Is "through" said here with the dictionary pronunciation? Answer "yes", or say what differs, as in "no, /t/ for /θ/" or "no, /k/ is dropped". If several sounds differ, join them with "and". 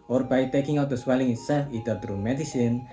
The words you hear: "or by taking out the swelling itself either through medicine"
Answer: no, /t/ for /θ/